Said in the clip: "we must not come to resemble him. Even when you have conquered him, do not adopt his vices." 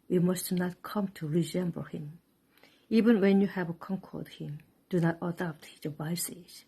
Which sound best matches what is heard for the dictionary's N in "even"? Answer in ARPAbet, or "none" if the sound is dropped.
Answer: N